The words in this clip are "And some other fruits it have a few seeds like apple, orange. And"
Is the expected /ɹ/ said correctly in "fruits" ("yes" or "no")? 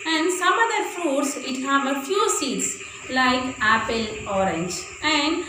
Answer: no